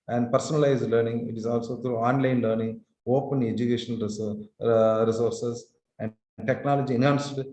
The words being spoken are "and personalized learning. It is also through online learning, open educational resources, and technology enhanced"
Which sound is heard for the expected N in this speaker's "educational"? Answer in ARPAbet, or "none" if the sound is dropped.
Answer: none